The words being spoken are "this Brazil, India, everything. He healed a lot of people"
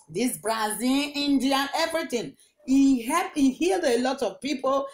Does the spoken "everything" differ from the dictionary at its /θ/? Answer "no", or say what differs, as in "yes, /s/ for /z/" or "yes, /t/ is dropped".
yes, /t/ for /θ/